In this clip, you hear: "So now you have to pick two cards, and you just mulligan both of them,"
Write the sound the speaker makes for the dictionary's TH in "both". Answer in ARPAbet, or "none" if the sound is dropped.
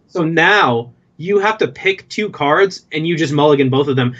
TH